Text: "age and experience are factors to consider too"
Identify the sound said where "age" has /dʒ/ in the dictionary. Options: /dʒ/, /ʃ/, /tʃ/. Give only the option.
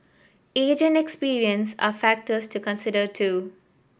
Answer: /dʒ/